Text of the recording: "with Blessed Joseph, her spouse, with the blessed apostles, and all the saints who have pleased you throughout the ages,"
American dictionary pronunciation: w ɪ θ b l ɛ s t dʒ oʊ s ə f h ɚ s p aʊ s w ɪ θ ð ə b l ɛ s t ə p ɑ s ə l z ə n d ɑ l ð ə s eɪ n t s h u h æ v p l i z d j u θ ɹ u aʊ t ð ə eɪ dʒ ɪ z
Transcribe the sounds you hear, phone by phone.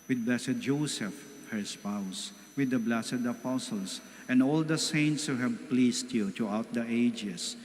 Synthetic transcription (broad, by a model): w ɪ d b l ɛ s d dʒ oʊ s ə f h ɚ s p aʊ s w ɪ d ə b l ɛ s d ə p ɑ s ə l s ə n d ɑ l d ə s eɪ n t s h u h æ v p l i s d j u t ɹ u aʊ t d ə eɪ dʒ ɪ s